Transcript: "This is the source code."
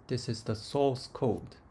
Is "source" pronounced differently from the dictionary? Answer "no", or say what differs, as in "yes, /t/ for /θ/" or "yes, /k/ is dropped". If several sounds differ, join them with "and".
yes, /l/ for /ɹ/